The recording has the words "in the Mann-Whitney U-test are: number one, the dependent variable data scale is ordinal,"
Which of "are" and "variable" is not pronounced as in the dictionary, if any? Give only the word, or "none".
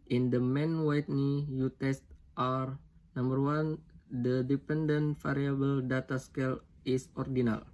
variable